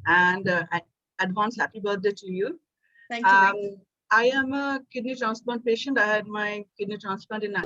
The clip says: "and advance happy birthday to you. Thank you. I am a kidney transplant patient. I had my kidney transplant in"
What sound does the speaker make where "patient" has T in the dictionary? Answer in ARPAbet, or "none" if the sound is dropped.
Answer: T